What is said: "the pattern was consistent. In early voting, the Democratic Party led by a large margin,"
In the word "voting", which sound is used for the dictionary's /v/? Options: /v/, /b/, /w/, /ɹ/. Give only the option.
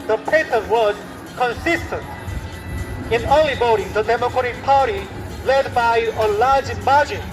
/b/